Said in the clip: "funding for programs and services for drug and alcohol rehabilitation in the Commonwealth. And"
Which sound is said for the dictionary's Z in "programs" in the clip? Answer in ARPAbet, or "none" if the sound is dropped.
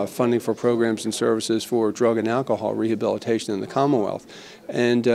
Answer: Z